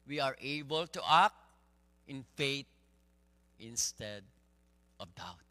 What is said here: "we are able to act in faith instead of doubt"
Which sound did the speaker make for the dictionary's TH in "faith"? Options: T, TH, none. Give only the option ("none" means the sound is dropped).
T